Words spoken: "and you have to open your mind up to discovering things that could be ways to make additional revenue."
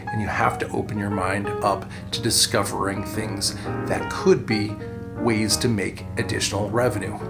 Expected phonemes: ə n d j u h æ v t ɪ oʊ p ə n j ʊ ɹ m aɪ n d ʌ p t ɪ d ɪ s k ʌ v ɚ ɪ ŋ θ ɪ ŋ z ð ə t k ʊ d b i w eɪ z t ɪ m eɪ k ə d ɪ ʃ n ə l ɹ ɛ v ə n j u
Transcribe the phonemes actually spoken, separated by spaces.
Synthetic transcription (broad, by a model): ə n j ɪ h æ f t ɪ oʊ p ə n j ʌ ɹ m aɪ n d ʌ p t ɪ d ɪ s k ʌ v ɚ ɪ ŋ θ ɪ ŋ z ð ə t k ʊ d b i w eɪ z t ɪ m eɪ k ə d ɪ ʃ n l ɹ ɛ v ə n j u